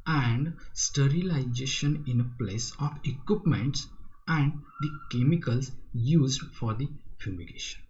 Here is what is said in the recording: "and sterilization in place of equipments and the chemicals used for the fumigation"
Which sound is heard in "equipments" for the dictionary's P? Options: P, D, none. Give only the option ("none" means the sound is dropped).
P